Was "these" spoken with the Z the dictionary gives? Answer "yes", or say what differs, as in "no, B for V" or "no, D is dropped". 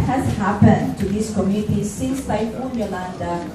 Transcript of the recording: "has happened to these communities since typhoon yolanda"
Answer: no, S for Z